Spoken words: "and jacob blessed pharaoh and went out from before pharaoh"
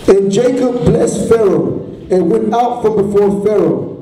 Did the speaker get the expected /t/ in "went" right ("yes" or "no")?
yes